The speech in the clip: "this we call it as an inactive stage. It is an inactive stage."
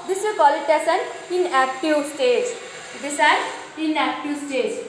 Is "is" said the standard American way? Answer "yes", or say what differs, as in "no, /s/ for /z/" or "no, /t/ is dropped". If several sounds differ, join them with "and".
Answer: no, /s/ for /z/